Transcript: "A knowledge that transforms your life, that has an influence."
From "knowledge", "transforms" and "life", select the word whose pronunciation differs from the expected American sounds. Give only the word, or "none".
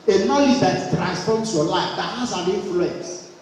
transforms